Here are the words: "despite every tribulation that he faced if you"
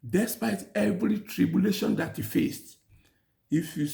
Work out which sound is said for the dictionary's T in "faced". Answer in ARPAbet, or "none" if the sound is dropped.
T